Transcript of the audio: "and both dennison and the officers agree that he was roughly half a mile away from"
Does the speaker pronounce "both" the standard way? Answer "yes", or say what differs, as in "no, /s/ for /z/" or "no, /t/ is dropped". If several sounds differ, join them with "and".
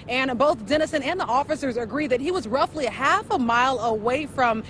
yes